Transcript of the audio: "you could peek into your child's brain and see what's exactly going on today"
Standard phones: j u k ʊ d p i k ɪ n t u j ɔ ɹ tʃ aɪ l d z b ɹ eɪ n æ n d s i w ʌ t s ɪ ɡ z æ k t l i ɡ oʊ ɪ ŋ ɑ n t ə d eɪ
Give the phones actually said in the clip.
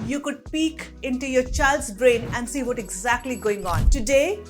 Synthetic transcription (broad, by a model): j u k ʊ d p i k ɪ n t u j ɔ ɹ tʃ aɪ l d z b ɹ eɪ n æ n d s i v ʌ t ɪ ɡ z æ k t l i ɡ oʊ ɪ ŋ ɑ n t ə d eɪ